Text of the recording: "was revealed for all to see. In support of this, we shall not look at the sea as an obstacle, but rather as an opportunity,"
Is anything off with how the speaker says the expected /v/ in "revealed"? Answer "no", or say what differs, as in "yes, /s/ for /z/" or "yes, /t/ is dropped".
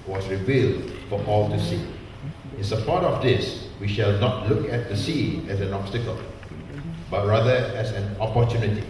no